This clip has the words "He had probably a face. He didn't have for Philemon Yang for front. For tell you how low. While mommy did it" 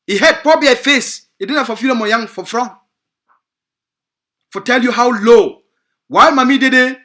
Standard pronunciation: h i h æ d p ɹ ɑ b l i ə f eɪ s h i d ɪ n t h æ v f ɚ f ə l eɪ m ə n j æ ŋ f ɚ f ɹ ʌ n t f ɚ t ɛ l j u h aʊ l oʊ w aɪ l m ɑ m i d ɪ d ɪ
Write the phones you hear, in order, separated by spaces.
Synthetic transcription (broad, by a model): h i h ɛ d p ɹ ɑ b i ə f eɪ s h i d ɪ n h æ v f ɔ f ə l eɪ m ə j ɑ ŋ f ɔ f ɹ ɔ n f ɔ t ɛ l j u h aʊ l oʊ w aɪ l m ɑ m i d ɪ d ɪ